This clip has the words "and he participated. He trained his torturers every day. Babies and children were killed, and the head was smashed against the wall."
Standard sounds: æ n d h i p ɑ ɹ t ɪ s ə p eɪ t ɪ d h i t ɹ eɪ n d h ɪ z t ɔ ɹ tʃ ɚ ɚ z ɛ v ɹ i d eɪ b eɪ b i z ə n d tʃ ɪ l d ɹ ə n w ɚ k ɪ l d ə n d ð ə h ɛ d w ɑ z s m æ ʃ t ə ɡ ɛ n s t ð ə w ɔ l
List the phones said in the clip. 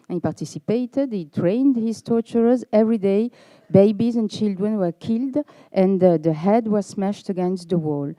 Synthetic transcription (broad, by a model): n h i p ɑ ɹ t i s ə p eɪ t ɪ d h i t ɹ eɪ n d h ɪ z t ɔ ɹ tʃ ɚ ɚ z ɛ v ɹ i d eɪ b eɪ b i z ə n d tʃ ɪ l d ɹ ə n w ɚ k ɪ l d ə n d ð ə h ɛ d w ɑ z s m æ ʃ t ə ɡ ɛ n s t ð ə w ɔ l